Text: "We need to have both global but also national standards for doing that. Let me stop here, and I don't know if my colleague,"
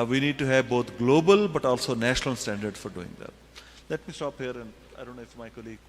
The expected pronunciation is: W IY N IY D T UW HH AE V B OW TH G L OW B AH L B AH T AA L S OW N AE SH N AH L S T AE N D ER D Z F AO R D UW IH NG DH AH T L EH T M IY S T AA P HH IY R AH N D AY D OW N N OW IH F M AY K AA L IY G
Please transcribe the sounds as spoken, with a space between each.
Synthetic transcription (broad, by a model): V IY N IY D T UW HH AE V B OW T G L OW B AH L B AH T AA L S OW N AE SH N AH L S T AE N D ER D F AO R D UW IH NG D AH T L EH T M IY S T AA P HH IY R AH N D AY D OW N N OW IH F M AY K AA L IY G